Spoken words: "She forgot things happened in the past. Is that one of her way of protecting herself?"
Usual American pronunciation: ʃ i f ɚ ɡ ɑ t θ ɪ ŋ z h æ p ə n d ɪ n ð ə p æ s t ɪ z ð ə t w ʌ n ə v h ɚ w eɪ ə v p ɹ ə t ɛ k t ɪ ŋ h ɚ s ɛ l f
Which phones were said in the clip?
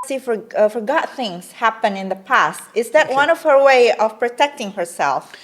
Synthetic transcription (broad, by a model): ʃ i f ɚ ɡ ɑ t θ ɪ ŋ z h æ p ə n ɪ n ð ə p æ s t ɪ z ð ə t w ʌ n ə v h ɚ w eɪ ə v p ɹ ə t ɛ k t ɪ ŋ h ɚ s ɛ l f